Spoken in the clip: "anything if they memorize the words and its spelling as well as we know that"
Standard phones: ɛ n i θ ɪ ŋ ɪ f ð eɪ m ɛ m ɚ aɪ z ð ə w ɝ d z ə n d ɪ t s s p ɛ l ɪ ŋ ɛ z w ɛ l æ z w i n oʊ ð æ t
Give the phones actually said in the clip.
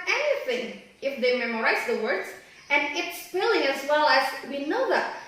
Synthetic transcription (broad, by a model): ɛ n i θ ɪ ŋ ɪ f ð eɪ m ɛ m ɚ aɪ z ð ə w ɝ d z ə n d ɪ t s s f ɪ l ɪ ŋ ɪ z w ɛ l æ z w i n oʊ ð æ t